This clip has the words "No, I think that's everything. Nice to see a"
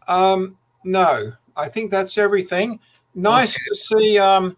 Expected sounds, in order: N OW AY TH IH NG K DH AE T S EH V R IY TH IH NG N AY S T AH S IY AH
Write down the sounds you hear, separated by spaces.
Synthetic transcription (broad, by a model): N OW AY TH IH NG K DH AE T S EH V R IY TH IH NG N AY S T AH S IY AH